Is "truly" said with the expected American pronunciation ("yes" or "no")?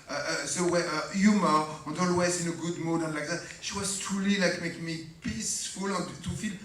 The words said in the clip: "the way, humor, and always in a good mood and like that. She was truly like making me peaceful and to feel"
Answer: no